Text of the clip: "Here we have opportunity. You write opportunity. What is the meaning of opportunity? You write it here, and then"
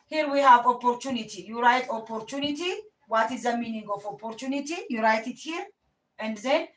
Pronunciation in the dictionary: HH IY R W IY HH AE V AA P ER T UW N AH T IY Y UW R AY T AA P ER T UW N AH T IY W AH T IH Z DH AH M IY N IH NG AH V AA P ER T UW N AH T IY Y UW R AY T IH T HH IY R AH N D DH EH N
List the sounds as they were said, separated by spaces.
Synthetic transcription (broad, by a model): HH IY R W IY HH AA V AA P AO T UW N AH T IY Y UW R AY T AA P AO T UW N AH T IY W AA T IH Z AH M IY N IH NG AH F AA P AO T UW N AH T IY Y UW R AY T IH T HH IY R AH N D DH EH N